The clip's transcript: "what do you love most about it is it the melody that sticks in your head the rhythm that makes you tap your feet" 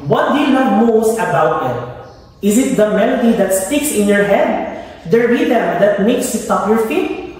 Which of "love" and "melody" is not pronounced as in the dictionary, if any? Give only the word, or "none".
love